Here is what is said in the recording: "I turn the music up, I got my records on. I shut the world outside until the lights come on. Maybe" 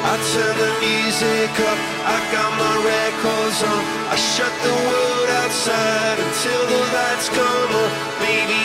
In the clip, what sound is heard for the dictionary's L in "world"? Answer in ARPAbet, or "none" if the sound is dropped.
none